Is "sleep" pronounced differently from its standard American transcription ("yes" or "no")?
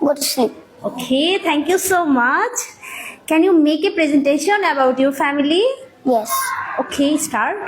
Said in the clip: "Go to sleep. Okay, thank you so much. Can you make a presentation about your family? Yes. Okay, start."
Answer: yes